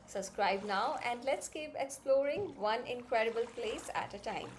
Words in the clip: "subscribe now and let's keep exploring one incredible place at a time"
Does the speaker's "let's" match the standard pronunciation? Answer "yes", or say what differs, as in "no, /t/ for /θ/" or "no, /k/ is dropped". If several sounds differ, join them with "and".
yes